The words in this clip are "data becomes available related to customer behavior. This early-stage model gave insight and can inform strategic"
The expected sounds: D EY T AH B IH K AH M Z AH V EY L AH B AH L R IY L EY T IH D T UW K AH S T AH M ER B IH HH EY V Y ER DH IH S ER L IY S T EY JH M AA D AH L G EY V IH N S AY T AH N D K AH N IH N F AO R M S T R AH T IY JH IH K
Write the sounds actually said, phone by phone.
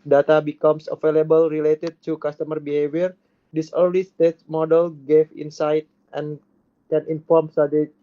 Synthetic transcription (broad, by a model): D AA T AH B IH K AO M S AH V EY L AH B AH L R IY L EY T IH D T UW K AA S T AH M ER B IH HH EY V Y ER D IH S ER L IY S T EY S M AA D AH L G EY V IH N S AY T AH N K AH N IH N F AO R M S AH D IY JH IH